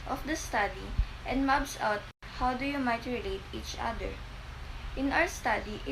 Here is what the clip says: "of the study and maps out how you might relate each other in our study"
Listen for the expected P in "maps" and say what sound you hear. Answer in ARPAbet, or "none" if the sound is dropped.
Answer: B